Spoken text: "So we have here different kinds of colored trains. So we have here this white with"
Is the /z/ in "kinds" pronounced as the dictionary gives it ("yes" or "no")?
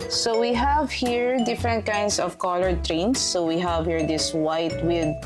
no